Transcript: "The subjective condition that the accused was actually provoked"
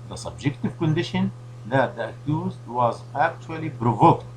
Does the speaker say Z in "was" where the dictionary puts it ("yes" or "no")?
yes